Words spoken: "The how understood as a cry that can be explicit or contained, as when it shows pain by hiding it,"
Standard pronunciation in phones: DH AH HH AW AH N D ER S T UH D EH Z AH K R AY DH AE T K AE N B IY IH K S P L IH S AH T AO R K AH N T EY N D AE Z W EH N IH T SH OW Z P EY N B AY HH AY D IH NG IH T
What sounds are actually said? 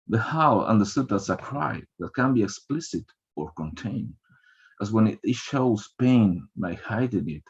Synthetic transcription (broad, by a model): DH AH HH AW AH N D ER S T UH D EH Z AH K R AY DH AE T K AE N B IY IH K S P L IH S AH T AO R K AH N T EY N D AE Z W EH N IH T SH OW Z P EY N B AY HH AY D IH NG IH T